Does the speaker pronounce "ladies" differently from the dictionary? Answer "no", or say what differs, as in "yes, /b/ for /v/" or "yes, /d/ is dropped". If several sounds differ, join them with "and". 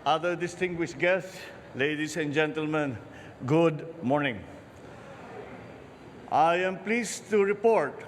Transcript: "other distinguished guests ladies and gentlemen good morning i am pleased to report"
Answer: yes, /s/ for /z/